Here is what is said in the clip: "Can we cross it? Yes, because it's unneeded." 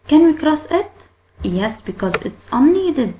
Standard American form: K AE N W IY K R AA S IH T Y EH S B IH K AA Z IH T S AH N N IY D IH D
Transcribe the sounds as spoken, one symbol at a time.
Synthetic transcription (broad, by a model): K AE N W IY K R AA S IH T Y EH S B IH K AA Z IH T S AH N N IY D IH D